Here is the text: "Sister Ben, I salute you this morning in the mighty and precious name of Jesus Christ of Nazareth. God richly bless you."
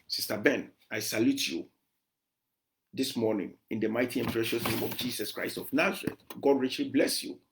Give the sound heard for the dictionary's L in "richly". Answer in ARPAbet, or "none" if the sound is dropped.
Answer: L